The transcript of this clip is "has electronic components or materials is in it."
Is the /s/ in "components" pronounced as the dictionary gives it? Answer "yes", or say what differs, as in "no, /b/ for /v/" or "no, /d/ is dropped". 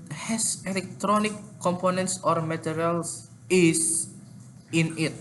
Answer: yes